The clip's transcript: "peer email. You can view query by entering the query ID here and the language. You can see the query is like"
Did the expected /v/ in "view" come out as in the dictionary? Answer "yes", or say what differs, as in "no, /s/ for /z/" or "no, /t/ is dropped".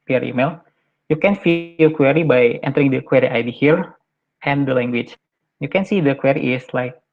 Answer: no, /f/ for /v/